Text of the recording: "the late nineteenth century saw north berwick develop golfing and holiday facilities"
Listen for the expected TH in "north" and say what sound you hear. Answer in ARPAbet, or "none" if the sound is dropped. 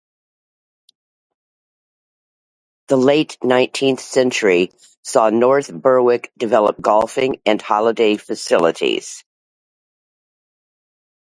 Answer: TH